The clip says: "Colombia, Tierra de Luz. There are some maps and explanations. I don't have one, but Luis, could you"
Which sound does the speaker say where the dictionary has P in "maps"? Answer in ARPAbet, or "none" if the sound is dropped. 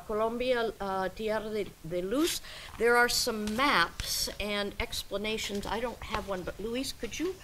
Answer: P